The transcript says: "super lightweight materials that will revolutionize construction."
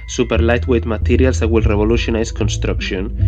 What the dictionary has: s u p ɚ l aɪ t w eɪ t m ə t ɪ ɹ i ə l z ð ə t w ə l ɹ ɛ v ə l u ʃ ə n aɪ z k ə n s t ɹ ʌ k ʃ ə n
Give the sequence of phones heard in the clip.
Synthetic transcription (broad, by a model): s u p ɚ l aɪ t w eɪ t m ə t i ɹ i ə l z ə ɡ w ə l ɹ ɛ b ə l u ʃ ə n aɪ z k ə n s t ɹ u k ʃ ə n